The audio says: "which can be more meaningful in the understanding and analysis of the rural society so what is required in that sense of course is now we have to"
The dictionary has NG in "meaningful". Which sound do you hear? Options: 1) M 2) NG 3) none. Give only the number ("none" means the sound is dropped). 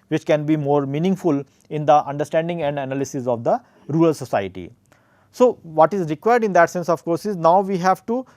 2